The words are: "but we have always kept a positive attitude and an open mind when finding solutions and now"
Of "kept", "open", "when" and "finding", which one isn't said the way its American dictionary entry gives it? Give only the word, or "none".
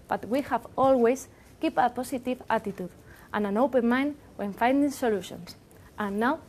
kept